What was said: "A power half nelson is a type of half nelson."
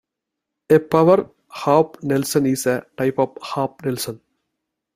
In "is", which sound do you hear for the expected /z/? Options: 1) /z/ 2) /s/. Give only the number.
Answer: 2